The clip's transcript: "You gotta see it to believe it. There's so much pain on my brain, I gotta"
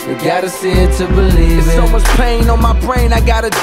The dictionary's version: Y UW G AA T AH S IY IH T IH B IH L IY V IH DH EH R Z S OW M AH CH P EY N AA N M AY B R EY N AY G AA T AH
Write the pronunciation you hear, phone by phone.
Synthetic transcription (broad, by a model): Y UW G AA T AH S IH T IH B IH L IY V IH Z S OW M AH S P EY N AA N M AY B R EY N AY G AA T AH